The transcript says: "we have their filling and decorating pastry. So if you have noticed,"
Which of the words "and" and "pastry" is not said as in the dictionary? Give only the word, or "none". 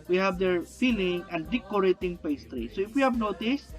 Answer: none